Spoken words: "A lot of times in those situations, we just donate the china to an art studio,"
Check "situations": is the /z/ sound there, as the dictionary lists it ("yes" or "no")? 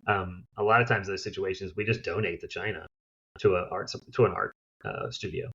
yes